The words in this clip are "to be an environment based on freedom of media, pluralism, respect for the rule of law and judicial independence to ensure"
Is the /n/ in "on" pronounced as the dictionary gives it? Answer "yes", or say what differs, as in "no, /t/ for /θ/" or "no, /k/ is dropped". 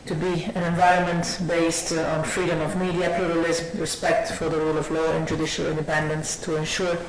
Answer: yes